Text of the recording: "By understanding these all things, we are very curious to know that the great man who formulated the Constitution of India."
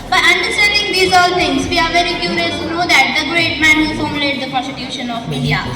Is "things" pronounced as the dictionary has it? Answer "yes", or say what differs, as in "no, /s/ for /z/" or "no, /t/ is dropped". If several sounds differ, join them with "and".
no, /t/ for /θ/